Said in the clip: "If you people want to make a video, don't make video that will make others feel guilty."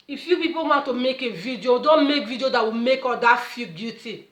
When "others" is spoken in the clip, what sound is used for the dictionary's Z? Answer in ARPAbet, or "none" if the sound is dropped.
none